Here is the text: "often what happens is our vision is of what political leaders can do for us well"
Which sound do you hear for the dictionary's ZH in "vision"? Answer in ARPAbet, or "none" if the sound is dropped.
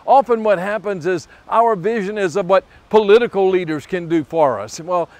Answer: ZH